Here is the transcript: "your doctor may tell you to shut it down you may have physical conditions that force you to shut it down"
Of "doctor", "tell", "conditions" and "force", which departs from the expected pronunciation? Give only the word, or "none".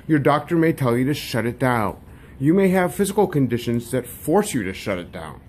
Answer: none